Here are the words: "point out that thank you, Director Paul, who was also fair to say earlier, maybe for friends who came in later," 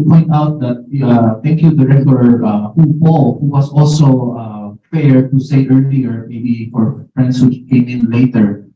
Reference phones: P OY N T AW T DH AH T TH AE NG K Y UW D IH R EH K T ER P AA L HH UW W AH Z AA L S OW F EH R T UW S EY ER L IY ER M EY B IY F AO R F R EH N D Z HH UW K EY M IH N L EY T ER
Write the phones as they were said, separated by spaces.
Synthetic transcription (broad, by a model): P OY N T AW T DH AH T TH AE NG K Y UW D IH R EH K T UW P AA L HH UW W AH S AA L S OW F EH R T UW S EY ER L IY ER M EY B IY F AO R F R EH N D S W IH K EY M IH N L EY T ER